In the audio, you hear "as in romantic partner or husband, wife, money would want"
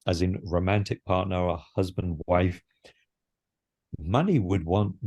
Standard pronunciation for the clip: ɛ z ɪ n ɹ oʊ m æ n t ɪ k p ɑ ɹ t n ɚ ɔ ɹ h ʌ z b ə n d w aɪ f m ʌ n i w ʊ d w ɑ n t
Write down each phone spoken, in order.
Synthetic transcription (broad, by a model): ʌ z ɪ n ɹ oʊ m æ n t ɪ k p ɑ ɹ t n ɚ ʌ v h ʌ z b ə n d w aɪ f m ʌ n i w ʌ d w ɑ n t